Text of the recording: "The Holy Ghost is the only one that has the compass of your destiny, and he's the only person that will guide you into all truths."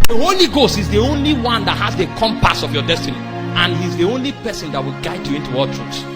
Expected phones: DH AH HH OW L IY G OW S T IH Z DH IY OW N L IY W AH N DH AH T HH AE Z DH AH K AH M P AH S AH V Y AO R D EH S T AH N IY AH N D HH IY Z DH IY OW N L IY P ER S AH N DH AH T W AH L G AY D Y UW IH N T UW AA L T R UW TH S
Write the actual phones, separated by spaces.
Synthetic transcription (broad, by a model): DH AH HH OW L IY G OW S T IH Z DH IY OW N L IY W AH N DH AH T HH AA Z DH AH K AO M P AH S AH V Y AO D EH S T AH N IY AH N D HH IY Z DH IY OW N L IY P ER S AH N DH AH T W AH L G AY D Y UW IH N T UW AA L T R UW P S